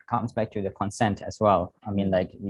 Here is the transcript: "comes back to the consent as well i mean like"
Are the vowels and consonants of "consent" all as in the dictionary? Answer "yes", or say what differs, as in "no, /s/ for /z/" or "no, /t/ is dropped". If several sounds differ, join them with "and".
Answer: yes